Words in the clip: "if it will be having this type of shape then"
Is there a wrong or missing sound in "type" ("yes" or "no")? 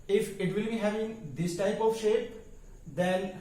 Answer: no